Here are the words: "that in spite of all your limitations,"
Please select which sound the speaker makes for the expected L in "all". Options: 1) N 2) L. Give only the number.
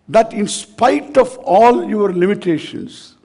2